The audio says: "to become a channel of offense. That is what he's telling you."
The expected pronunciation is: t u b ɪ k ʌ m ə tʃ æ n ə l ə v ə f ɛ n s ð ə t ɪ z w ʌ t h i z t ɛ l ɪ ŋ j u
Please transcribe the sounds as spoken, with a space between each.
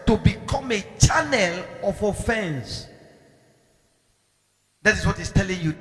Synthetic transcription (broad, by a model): t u b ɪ k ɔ m ə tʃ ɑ n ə l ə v ə f ɛ n s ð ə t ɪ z w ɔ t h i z t ɛ l ɪ ŋ j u